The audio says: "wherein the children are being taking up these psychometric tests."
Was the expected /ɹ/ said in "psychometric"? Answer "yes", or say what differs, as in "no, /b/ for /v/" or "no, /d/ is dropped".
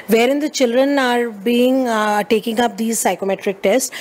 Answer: yes